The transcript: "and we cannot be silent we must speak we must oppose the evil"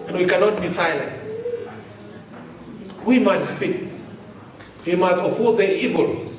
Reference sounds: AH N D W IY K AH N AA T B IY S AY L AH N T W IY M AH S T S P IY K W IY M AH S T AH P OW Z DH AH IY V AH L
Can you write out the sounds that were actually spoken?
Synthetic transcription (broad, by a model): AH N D W IY K AH N AA T B IY S AY L AH N T W IY M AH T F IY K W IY M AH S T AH F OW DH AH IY V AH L